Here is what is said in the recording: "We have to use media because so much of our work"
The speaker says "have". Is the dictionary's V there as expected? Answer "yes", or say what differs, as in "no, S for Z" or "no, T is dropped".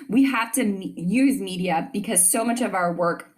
no, F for V